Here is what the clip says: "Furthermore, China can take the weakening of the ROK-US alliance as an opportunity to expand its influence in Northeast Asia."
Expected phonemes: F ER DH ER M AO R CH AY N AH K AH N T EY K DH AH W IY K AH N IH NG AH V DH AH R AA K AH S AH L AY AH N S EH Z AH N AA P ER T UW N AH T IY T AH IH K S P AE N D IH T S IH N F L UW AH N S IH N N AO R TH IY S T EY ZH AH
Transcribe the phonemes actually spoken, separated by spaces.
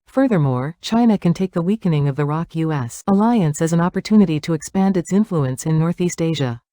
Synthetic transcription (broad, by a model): F ER DH ER M AO R CH AY N AH K AH N T EY K DH AH W IY K AH N IH NG AH V DH AH R AA K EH S AH L AY AH N S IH Z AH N AA P ER T UW N AH T IY T AH IH K S P AE N D IH T S IH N F L UW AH N S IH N N AO R TH IY S T EY ZH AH